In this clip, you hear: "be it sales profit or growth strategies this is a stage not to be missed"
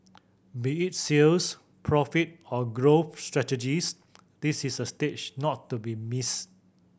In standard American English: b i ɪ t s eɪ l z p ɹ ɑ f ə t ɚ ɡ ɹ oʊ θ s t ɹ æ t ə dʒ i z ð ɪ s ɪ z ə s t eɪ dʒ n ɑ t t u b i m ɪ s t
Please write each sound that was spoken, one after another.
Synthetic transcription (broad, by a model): b i ɪ t s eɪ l s p ɹ ɑ f ə t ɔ ɡ ɹ oʊ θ s t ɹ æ t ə dʒ i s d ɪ s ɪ s ə s t eɪ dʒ n ɑ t t u b i m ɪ s